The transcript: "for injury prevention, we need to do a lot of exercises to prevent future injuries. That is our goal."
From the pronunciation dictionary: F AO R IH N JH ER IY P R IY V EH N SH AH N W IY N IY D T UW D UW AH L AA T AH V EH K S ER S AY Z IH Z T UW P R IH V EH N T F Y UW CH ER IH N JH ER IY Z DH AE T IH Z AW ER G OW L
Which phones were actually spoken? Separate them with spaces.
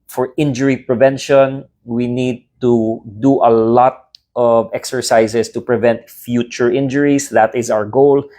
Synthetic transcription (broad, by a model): F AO R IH N JH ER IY P R IY V EH N SH AH N W IY N IY D T UW D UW AH L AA T AH V EH K S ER S AY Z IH S T UW P R IH V EH N T F Y UW CH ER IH N JH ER IY S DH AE T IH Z AW ER G OW L